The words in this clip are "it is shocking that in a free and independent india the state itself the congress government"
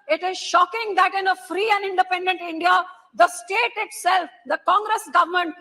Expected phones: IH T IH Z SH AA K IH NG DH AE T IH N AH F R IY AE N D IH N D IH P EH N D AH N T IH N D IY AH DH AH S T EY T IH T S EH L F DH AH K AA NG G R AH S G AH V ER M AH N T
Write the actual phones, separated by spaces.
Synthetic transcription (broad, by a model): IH T IH Z SH AA K IH NG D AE T IH N AH F R IY AE N D IH N D IH P EH N D AH N T IH N D IY AH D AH S T EY T IH T S EH L F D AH K AA NG G R AH S G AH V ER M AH N T